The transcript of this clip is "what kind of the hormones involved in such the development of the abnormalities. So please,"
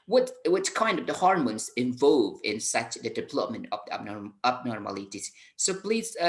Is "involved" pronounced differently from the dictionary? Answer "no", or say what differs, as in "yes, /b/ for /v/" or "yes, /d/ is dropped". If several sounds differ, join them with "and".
yes, /d/ is dropped